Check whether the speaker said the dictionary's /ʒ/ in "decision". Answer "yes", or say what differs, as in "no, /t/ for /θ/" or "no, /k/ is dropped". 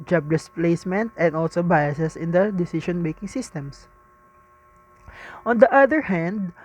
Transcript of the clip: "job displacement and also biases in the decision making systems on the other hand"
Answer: no, /ʃ/ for /ʒ/